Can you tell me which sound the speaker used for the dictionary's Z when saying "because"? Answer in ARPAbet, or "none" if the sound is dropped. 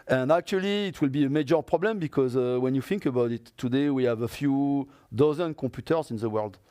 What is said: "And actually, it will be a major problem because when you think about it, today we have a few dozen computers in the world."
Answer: Z